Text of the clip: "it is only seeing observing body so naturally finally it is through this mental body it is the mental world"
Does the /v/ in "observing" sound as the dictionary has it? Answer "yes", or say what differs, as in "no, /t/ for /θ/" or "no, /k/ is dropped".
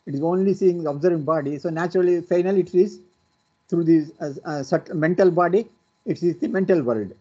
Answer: yes